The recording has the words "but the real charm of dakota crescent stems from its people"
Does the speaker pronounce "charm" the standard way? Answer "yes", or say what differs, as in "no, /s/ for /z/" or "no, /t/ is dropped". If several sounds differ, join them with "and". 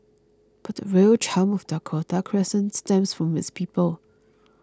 no, /l/ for /ɹ/